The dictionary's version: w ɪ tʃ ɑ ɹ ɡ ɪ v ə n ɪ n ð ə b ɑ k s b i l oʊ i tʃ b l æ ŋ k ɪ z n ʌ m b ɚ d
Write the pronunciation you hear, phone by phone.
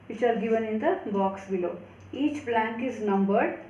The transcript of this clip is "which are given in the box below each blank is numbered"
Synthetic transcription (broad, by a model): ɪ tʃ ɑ l ɡ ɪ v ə n ɪ n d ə b ɑ k s b i l oʊ i tʃ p l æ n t ɪ z n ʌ m b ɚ d